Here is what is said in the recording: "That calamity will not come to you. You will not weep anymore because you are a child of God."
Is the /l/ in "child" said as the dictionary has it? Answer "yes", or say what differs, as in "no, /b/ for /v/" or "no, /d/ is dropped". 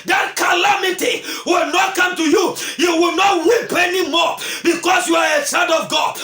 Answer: no, /n/ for /l/